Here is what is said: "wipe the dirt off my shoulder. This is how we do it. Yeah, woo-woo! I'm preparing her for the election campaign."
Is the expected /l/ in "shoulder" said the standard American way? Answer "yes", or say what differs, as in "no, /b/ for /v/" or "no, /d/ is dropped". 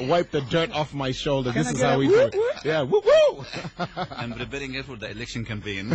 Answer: yes